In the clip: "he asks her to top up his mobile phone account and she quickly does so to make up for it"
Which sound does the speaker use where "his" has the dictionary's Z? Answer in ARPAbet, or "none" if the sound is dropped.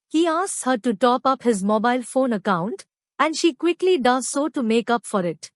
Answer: Z